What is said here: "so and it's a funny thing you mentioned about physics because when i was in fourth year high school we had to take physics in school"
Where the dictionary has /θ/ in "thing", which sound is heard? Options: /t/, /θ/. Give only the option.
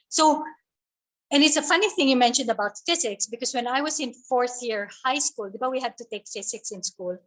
/θ/